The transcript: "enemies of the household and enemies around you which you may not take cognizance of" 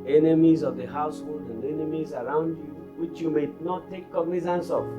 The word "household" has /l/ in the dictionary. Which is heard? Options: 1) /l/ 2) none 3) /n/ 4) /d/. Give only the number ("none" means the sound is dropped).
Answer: 1